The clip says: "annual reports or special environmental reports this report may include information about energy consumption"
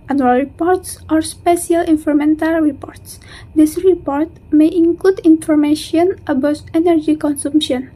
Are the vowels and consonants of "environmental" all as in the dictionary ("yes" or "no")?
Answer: no